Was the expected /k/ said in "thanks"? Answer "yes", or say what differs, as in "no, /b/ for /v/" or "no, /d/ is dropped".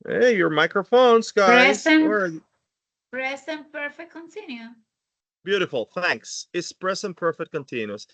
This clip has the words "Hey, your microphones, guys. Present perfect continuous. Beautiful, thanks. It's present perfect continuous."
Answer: yes